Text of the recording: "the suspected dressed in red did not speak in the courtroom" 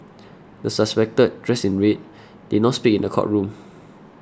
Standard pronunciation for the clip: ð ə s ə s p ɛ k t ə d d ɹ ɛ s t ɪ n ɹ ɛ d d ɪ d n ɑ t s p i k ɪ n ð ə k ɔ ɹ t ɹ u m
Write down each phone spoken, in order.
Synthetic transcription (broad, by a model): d ə s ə s p ɛ k t ə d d ɹ ɛ s ɪ n ɹ ɛ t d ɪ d n ɑ t s p i k ɪ n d ə k ɔ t ɹ u m